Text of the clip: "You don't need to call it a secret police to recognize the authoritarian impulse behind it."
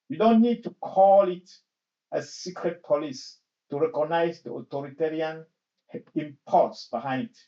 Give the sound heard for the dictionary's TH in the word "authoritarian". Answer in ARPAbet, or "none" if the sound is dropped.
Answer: T